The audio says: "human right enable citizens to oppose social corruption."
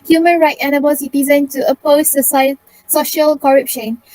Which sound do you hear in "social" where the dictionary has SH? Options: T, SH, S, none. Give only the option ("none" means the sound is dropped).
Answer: SH